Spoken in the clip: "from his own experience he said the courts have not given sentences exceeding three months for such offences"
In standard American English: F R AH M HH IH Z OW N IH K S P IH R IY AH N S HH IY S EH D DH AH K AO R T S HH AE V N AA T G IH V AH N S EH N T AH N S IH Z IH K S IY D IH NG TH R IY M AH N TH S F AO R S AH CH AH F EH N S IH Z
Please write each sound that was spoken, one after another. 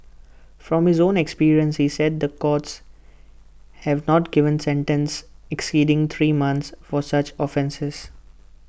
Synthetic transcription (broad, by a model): F R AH M HH IH Z OW N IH K S P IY R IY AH N S HH IY S EH D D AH K AO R T S HH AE V N AA T G IH V AH N S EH N T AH N S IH K S IY D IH NG T R IY M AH N T S F AO R S AH CH AH F EH N S IH Z